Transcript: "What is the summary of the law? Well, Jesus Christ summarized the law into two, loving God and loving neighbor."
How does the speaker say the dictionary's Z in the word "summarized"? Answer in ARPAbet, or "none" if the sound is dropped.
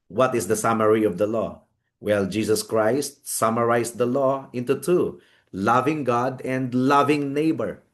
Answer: S